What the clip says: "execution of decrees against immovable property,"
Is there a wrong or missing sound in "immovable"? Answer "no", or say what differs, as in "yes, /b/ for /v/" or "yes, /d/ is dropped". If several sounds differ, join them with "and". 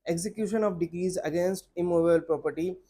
yes, /b/ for /v/ and /b/ is dropped